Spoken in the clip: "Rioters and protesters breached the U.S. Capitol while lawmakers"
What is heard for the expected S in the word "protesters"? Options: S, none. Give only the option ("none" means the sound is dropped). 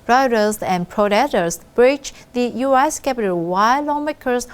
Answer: none